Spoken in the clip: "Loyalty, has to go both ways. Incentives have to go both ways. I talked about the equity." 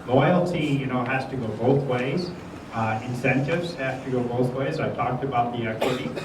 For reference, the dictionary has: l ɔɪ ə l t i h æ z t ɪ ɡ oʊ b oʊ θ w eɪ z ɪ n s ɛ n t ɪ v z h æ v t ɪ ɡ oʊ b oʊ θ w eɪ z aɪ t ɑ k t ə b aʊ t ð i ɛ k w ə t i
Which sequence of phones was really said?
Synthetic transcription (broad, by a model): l ɔɪ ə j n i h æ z t ɪ ɡ oʊ b oʊ θ w eɪ z ɪ n s ɛ n t ɪ v z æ f t ɪ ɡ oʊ b oʊ θ w eɪ z aɪ t ɑ k t ə b aʊ t ð i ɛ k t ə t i